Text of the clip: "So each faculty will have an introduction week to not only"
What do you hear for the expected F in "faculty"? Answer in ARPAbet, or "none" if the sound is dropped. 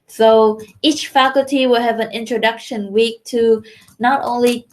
F